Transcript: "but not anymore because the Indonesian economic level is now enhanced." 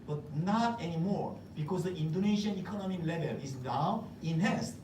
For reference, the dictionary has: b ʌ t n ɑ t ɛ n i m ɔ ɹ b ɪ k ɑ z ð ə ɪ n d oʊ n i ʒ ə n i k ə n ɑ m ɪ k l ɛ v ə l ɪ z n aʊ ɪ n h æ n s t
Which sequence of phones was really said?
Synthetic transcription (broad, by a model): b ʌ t n ɑ t ɛ n i m ɔ ɹ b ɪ k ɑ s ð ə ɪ n d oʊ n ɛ ʃ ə n i k ə n ɑ m ɪ k l ɛ v ə l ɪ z n aʊ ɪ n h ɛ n s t